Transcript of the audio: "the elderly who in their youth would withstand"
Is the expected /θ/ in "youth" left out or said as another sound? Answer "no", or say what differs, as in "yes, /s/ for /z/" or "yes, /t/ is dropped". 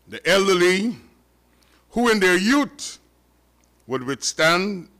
yes, /t/ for /θ/